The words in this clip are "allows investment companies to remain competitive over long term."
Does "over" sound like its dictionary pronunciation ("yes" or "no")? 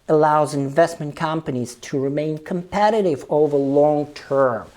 yes